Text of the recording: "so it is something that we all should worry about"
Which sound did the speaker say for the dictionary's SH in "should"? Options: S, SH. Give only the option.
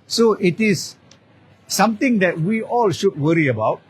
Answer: SH